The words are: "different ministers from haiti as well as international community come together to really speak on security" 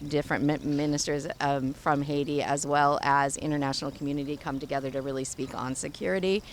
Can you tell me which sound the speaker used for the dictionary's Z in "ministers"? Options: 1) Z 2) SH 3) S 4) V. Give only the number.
1